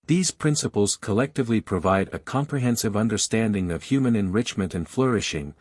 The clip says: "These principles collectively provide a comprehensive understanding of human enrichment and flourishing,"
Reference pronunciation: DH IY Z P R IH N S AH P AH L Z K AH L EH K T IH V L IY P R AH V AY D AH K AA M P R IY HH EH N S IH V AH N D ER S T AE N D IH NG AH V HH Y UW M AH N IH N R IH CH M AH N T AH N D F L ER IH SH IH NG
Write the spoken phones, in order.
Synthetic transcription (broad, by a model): DH IY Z P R IH N S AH P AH L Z K AH L EH K T IH V L IY P R AH V AY D AH K AA M P R IY HH EH N S IH V AH N D ER S T AE N D IH NG AH V HH Y UW M AH N IH N R IH CH M AH N T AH N F L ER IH SH IH NG